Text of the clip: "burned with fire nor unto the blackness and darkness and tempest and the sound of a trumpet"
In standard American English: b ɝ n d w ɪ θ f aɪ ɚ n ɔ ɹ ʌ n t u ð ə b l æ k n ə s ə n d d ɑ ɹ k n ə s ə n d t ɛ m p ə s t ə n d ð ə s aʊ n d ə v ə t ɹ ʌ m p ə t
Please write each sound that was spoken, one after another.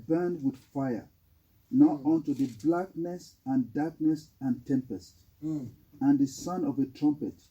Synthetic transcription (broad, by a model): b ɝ n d w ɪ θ f aɪ ɚ n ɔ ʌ n t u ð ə b l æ k n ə s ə n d d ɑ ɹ k n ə s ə n t ɛ m p ə s t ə n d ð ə s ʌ n ə v ə t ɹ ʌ m p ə t